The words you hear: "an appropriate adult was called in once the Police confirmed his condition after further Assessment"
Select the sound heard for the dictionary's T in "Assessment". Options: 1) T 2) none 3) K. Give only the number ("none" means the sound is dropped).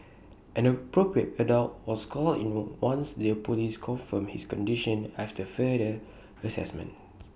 2